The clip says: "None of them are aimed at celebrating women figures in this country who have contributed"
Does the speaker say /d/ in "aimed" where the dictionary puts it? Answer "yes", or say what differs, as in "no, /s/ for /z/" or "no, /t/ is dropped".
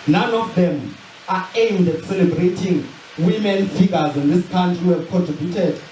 yes